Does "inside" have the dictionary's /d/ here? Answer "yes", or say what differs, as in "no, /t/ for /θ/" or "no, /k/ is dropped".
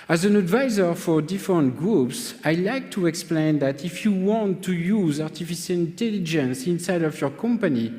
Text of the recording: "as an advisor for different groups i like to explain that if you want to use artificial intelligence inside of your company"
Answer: yes